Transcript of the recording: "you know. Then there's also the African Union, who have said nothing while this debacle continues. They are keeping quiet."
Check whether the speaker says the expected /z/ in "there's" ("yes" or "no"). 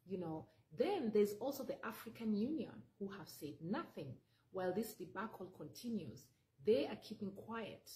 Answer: yes